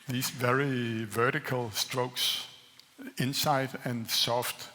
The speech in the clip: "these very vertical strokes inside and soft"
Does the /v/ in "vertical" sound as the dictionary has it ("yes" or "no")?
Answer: yes